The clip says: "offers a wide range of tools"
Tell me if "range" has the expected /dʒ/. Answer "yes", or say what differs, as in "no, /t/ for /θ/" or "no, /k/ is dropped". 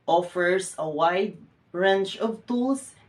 no, /tʃ/ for /dʒ/